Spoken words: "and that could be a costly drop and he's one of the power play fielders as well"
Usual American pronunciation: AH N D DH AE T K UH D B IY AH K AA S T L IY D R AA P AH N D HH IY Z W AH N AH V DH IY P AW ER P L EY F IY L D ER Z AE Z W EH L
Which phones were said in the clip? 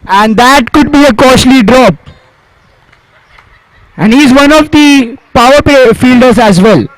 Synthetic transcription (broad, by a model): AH N D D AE T K UH D B IY AH K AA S L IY D R AA P AH N D HH IY Z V AH N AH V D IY P AW ER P EY F IY L D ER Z AE Z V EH L